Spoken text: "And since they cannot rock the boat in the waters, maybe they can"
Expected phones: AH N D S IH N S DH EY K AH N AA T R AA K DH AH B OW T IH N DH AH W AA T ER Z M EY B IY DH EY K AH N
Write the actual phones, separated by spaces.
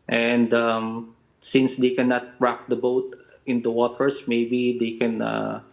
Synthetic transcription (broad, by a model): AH N D S IH N S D EY K AH N AA T R AA K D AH B OW T IH N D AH W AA T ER S M EY B IY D EY K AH N